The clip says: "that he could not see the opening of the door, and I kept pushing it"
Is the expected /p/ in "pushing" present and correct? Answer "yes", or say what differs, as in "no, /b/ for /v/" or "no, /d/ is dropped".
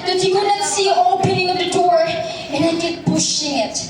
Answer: no, /b/ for /p/